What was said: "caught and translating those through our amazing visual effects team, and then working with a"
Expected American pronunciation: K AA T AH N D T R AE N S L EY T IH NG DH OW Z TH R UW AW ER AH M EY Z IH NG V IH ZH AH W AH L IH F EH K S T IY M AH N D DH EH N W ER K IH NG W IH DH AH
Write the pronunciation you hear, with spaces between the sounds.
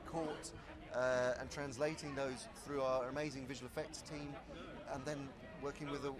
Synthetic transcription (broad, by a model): K AA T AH N T R AE N S L EY T IH NG DH OW Z TH R UW AW ER AH M EY Z IH NG V IH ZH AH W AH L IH F EH K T T IY M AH N DH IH N W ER K IH NG W IH DH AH